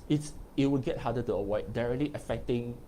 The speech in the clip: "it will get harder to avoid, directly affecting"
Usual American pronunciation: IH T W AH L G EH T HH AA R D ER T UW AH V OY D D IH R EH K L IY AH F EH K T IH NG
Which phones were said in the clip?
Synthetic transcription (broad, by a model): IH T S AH W G EH T HH AA D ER T UW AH W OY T D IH R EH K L IY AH F EH K T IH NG